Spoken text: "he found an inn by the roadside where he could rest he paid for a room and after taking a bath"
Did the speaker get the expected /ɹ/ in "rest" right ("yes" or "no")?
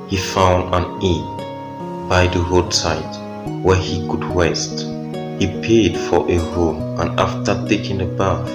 no